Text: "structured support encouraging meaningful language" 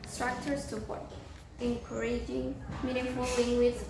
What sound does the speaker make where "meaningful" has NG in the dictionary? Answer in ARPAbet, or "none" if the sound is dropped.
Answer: none